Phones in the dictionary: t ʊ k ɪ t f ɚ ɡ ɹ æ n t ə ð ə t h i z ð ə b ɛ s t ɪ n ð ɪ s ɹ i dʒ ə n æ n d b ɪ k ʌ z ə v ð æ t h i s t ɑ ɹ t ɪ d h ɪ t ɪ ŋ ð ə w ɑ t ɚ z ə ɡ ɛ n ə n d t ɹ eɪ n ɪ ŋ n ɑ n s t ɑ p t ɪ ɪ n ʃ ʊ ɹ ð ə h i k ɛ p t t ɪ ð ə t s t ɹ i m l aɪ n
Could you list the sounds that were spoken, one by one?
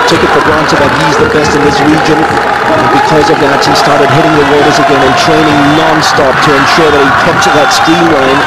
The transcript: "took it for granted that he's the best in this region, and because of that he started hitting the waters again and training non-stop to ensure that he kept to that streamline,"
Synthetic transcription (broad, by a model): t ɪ k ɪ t f ɚ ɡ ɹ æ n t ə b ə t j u z ð ə b ɛ s t ɪ n ð ɪ s ɹ i dʒ ə n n b ɪ k ʌ z ə v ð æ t h i s t ɑ ɹ t ɪ d h ɪ t ɪ ŋ ð ə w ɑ t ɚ z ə ɡ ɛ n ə n t ɹ eɪ n ɪ ŋ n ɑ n s t ɑ p t ɪ ɪ n ʃ ʊ ɹ ð ə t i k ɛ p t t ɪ ð ə t s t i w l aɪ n